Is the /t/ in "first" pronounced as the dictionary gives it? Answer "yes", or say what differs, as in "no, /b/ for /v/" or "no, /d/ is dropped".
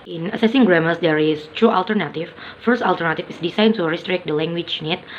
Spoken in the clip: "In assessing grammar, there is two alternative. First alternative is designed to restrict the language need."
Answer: yes